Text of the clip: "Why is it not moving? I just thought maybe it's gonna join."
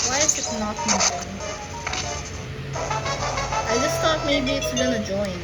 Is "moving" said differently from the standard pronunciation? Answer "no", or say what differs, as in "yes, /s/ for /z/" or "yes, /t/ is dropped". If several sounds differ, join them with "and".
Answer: yes, /v/ is dropped